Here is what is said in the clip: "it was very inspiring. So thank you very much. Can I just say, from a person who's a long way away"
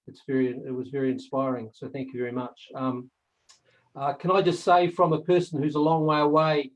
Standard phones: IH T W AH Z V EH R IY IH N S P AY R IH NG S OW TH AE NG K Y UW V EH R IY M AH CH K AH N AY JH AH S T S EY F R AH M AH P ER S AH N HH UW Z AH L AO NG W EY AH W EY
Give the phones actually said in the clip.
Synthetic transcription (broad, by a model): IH T W AH Z V EH R IY IH N S P AY R IH NG S OW TH AE NG K Y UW V EH R IY M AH CH K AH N AY JH AH S T S EY F R AH M AH P ER S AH N HH UW Z AH L AO NG W EY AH W EY